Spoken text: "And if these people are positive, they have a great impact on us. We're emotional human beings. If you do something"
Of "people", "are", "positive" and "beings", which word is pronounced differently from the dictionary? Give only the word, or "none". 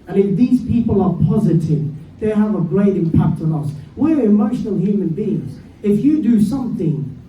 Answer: none